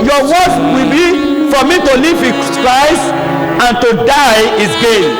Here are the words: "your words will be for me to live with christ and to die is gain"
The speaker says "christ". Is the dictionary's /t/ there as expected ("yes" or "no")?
no